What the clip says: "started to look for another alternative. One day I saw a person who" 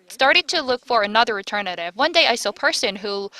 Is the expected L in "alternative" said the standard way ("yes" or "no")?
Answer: no